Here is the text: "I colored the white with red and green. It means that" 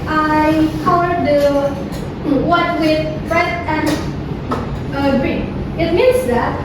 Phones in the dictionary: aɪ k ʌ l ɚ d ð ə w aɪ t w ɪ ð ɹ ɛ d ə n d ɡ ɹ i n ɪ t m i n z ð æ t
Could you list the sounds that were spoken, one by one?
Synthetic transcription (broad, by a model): aɪ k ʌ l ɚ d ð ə w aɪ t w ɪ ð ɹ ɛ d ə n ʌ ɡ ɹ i ɪ t m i n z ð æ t